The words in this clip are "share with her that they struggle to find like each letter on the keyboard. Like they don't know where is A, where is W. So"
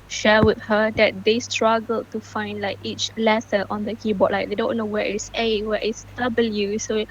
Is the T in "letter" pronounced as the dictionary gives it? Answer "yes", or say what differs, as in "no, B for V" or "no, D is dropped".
no, S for T